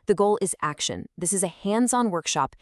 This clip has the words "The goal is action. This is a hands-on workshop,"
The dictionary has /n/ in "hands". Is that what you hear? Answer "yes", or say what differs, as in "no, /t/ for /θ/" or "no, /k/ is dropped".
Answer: yes